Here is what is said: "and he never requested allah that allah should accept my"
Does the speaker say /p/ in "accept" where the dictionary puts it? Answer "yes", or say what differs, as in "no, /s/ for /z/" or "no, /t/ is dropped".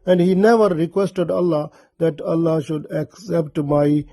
yes